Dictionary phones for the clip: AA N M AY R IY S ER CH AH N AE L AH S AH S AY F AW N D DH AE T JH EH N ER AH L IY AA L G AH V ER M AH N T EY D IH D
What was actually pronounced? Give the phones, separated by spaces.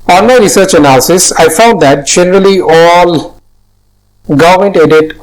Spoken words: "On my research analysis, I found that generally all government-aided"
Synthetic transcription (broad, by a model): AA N M AY R IY S ER CH AH N AE L AH S AH S AY F AW N D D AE T JH EH N ER AH L IY AA L G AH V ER M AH N T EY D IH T